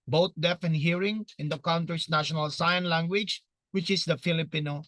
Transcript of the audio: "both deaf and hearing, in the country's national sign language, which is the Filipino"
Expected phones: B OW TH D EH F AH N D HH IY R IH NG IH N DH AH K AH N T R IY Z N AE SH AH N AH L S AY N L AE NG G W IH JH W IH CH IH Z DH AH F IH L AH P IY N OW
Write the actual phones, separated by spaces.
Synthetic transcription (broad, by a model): B OW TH D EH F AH N HH IY R IH NG IH N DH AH K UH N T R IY S N AE SH AH N AH L S AY N L AE NG G W IH JH W IH CH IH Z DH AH F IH L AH P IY N OW